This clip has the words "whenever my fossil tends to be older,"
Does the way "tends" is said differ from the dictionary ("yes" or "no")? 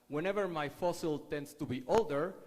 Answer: yes